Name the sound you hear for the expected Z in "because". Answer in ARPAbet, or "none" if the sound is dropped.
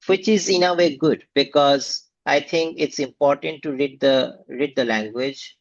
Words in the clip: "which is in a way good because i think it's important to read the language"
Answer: Z